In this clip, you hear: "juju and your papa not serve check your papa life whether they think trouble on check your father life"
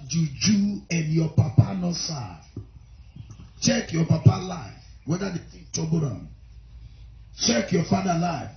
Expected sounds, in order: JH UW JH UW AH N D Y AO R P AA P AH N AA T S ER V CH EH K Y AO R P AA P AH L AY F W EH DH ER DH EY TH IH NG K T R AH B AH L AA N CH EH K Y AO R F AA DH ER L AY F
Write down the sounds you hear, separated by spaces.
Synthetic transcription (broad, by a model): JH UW JH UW AH N D Y AO P AA P AH N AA S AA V CH EH K Y AO P AA P AH L AY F W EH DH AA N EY T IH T AO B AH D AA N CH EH K Y AO F AA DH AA L AY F